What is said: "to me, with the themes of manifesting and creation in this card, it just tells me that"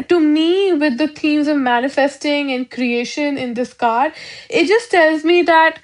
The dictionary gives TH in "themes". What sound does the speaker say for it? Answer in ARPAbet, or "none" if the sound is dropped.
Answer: T